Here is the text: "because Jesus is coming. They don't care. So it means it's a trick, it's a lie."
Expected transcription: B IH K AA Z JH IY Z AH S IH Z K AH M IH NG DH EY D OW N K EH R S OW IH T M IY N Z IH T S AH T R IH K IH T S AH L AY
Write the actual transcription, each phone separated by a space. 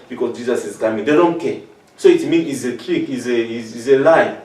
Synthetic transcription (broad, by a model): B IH K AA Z JH IY Z AH S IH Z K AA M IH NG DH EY D OW N K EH S OW IH T M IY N IH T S AH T R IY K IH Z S AH L AY